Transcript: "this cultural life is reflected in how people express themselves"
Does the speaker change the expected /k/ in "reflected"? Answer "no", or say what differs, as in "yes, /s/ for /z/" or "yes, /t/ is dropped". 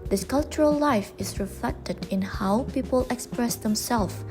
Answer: no